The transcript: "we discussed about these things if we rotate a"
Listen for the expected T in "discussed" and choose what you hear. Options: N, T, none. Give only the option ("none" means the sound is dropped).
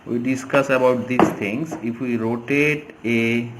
none